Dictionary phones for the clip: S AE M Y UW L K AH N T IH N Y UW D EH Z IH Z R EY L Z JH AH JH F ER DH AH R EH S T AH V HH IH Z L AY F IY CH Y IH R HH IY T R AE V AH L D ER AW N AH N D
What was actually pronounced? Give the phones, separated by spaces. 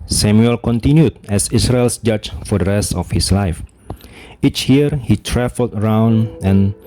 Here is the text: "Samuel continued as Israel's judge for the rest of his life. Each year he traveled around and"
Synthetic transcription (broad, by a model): S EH M Y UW L K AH N T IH N Y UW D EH S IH S R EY L S JH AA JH F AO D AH R EH S T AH F HH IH S L AY F IY CH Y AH R HH IY T R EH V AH L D ER AW N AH N